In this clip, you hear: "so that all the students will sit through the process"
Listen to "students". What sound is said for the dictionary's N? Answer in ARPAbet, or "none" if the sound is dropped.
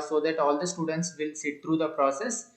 N